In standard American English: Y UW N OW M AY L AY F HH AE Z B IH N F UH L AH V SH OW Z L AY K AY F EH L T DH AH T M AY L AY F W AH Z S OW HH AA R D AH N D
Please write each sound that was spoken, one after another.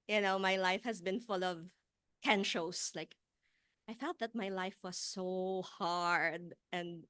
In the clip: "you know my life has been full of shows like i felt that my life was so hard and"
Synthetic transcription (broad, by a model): Y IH N OW M AY L AY F HH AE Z B IH N F UH L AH V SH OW S L AY K AY F EH L T DH AH T M AY L AY F W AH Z S OW HH AA R D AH N D